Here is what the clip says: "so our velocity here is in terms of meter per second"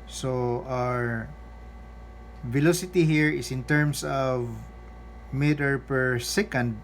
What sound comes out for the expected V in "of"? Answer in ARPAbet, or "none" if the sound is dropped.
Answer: V